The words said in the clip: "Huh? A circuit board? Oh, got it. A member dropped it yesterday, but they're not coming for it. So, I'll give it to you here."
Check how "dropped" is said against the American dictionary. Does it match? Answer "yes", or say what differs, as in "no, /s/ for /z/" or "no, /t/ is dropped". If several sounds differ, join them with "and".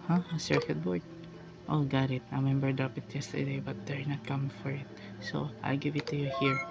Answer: no, /t/ is dropped